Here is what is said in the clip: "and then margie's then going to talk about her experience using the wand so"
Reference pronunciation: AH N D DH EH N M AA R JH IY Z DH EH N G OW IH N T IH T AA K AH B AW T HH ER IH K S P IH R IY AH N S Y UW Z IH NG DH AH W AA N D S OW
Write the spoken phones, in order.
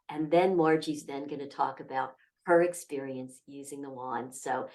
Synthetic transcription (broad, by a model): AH N DH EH N M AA R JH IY Z DH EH N G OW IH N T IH T AA K AH B AW T HH ER IH K S P IH R IY AH N S Y UW Z IH NG DH AH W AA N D S OW